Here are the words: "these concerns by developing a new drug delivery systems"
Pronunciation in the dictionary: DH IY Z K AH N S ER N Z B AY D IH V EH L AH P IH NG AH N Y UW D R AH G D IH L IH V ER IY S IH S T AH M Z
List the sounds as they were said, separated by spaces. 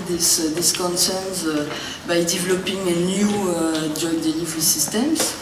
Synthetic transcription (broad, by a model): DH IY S K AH N S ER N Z B AY D IH V EH L AH P IH NG AH N Y UW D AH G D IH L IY V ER IY S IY S T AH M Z